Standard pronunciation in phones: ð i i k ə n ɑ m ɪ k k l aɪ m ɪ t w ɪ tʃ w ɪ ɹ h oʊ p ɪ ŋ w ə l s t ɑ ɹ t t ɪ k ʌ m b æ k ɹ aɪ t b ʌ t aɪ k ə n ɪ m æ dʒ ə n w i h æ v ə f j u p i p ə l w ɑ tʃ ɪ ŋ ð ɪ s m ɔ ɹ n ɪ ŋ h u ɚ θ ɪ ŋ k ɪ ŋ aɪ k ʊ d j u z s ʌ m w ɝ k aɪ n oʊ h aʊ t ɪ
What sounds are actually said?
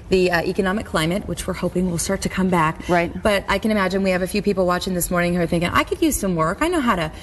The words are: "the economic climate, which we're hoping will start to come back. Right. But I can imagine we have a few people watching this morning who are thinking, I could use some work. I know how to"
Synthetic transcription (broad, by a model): ð i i k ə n ɑ m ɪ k k l aɪ m ɪ t w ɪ tʃ w ɪ ɹ h oʊ p ɪ ŋ w ə l s t ɑ ɹ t t ɪ k ʌ m b æ k ɹ aɪ t b ʌ t aɪ k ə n ɪ m æ dʒ ə n w i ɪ v ə f j u p i p l w ɑ tʃ ɪ ŋ ð ɪ s m ɔ ɹ n ɪ ŋ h ɚ θ ɪ ŋ k ɪ ŋ aɪ k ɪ d j u z s ʌ m w ɝ k aɪ n oʊ h aʊ t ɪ